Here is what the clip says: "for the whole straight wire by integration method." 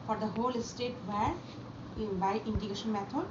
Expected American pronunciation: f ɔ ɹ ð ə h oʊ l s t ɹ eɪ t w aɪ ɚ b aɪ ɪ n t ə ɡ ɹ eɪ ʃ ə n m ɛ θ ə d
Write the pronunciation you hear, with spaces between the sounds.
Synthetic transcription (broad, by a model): f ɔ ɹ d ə h oʊ l s t eɪ t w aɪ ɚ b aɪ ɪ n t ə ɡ eɪ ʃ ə n m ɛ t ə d